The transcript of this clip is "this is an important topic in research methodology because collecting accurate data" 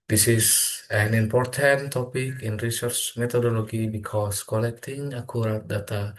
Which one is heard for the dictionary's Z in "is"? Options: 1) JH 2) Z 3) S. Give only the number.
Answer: 3